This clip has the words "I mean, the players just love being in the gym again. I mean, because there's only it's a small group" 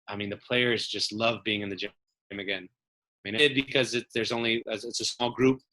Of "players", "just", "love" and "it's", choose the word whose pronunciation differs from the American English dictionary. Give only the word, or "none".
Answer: none